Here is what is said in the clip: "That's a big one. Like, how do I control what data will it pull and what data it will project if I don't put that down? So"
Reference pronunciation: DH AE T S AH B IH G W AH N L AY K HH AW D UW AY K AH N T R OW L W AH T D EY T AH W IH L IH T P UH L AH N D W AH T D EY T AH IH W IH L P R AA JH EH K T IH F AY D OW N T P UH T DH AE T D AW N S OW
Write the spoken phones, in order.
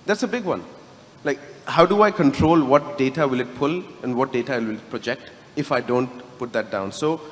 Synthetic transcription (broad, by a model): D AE T S AH B IH G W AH N L AY K HH AW D UW AY K AH N T R OW L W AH T D EY T AH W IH L IH T P UH L AH N D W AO T D EY T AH IH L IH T P R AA JH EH K T IH F AY D OW N T P UH T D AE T D AW N S OW